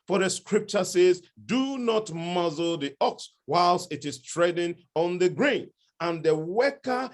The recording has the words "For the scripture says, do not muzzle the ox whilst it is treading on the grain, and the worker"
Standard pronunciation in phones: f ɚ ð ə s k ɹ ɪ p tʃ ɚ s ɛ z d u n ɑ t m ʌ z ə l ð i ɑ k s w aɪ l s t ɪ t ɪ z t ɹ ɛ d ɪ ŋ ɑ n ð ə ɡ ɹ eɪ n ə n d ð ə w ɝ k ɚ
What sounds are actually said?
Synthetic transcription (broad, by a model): f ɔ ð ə s k ɹ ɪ p tʃ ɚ s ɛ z d u n ɑ t m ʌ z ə l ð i ɑ k s w aɪ l s t ɪ t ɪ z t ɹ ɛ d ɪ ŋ ɑ n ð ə ɡ ɹ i n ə n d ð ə w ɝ k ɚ